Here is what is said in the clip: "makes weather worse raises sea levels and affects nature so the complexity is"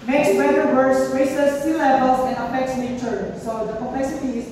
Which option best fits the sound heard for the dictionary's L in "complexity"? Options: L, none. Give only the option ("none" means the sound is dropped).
none